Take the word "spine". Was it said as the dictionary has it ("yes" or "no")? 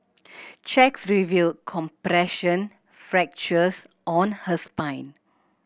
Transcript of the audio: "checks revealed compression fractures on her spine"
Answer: yes